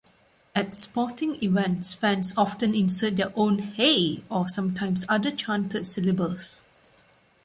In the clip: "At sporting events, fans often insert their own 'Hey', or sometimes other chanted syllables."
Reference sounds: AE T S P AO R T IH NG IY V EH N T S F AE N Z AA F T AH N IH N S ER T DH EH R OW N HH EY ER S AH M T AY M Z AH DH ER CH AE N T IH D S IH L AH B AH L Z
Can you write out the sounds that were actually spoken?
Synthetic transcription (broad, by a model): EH T S P AO T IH NG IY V EH N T S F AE N S AA F T AH N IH N S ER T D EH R OW N HH EY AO S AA M T AY M S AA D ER CH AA N T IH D S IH L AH B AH L S